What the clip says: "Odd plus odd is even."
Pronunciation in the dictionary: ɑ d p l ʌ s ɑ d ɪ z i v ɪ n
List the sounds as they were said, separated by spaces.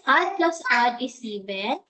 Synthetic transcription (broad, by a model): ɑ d p l ʌ s ɑ d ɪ s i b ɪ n